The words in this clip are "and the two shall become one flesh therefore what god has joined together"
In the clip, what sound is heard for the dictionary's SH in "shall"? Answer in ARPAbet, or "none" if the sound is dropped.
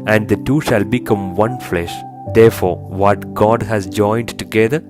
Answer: SH